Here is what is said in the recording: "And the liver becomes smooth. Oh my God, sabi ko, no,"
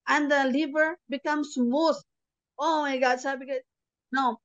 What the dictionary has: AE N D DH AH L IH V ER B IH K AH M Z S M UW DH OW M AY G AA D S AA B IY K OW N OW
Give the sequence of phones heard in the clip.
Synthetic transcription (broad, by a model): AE N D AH L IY B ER B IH K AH M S M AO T OW M AY G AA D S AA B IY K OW N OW